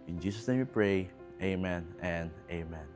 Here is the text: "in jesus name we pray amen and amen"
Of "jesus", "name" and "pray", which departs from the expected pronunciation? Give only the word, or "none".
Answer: jesus